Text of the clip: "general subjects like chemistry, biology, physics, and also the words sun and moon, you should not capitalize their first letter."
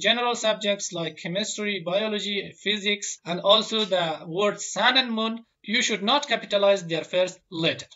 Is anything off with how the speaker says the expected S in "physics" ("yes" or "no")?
no